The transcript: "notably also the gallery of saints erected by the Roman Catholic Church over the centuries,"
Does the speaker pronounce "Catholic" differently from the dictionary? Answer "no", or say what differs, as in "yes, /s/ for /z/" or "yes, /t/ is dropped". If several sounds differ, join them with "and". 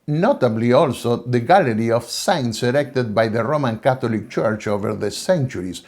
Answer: yes, /t/ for /θ/